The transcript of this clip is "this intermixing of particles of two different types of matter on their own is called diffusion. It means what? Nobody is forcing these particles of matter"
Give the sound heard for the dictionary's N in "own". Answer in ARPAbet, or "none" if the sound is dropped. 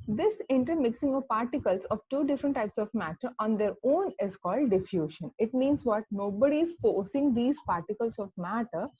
N